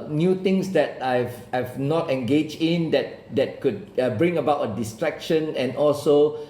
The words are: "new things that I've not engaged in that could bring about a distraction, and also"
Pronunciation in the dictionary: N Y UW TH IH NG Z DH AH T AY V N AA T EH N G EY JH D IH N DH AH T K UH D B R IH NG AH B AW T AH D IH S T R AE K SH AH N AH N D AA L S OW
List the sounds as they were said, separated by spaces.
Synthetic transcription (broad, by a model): N Y UW T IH NG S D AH T AY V N AA T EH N G EY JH D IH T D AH T K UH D B R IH NG AH B AW T AH D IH S T R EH K SH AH N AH N AA L S OW